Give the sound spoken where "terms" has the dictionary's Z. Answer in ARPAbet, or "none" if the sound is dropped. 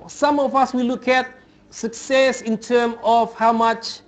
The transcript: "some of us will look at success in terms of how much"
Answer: none